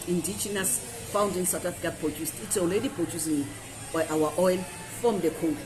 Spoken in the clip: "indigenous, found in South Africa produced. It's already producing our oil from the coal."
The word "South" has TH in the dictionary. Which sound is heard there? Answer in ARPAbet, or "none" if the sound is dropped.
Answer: T